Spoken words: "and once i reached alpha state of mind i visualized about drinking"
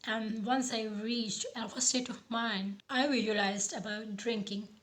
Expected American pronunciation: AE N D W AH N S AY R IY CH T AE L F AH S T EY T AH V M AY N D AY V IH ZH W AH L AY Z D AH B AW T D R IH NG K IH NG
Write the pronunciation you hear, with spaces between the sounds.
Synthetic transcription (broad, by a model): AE N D W AH N S AY R IY CH T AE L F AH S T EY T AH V M AY N AY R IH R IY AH L AY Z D AH B AW T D R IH NG K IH NG